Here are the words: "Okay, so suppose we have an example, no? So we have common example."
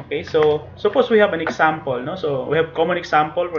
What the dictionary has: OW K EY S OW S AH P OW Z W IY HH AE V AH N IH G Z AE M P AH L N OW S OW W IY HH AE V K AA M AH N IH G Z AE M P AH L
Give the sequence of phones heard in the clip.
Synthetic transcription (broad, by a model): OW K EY S OW S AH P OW S W IY HH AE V AH N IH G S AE M P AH L N OW S OW W IY HH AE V K AA M AH N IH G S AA M P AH L